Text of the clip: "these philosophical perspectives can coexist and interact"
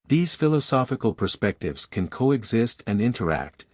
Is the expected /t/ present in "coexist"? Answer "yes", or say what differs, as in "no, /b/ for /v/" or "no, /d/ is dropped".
yes